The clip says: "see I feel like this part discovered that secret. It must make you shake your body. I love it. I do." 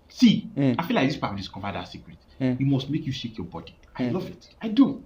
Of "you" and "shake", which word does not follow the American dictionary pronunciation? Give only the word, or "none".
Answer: none